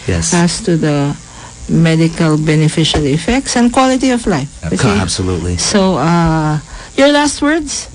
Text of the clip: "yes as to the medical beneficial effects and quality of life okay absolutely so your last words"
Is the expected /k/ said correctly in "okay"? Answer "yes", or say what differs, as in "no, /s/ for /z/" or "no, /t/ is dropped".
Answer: no, /k/ is dropped